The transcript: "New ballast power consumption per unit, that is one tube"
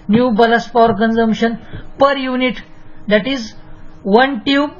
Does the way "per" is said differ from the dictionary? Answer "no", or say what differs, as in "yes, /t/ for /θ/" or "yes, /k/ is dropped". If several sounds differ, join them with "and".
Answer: no